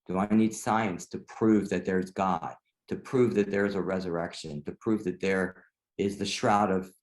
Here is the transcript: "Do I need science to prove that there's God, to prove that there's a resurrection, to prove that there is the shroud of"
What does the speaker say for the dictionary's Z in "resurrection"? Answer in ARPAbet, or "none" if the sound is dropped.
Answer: Z